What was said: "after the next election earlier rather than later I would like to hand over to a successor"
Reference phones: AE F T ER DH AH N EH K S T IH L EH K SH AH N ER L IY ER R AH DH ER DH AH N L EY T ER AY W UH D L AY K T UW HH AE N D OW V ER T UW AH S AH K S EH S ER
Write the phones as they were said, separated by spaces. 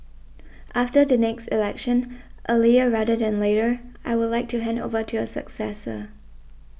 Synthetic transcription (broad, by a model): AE F T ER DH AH N EH K S T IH L EH K SH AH N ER L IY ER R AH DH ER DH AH N L EY T ER AY W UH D L AY K T UW HH AE N D OW V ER T UW AH S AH K S EH S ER